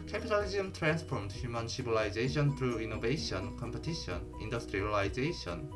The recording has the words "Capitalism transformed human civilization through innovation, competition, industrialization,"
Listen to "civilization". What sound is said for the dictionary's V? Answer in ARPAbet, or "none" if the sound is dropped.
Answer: B